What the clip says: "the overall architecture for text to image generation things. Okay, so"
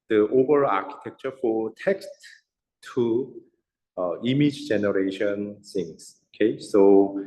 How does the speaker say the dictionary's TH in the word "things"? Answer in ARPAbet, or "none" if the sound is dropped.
S